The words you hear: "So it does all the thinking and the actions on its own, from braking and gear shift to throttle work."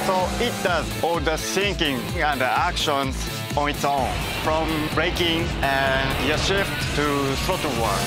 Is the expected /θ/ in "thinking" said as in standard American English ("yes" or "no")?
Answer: no